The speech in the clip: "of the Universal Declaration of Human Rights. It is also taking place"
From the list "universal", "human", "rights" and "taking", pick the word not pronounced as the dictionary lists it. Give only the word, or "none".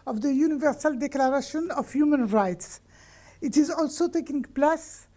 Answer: none